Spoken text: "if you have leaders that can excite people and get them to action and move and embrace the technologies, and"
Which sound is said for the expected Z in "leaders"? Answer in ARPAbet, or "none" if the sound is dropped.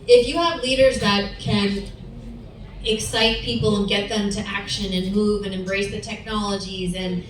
Z